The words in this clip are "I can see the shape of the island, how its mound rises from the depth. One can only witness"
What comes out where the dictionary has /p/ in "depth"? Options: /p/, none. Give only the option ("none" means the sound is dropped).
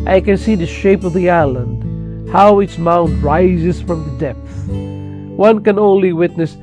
/p/